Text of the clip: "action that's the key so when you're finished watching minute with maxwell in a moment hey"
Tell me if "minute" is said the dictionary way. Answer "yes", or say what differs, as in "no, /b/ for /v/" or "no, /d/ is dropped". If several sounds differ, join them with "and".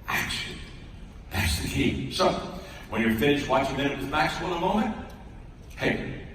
no, /n/ is dropped